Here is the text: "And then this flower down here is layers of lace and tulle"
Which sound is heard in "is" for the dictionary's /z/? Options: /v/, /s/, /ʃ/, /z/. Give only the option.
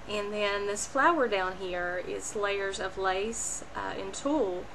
/s/